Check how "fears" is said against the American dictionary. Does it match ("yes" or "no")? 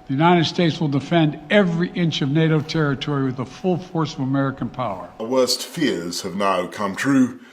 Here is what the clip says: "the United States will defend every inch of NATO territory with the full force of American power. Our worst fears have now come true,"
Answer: yes